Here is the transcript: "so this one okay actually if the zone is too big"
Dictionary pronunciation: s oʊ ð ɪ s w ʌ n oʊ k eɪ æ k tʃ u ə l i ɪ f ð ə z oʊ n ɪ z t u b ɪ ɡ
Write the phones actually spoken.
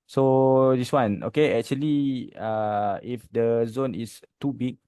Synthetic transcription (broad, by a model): s oʊ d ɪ s w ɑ n oʊ k eɪ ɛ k tʃ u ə l i ɪ f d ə z oʊ n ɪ s t u b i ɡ